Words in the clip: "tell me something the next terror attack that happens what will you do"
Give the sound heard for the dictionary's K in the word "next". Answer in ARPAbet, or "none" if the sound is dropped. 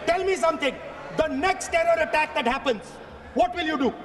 K